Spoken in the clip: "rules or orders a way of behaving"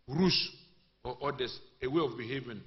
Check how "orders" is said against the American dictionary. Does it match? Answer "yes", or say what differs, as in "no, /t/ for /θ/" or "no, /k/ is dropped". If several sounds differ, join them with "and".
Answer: no, /s/ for /z/